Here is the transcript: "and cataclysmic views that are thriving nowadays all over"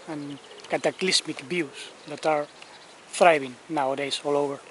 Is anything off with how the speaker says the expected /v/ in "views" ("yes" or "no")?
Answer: yes